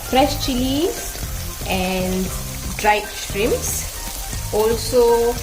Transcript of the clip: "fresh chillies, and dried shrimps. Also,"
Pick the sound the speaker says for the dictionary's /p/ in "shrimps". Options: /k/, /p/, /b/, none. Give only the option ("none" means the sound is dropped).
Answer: none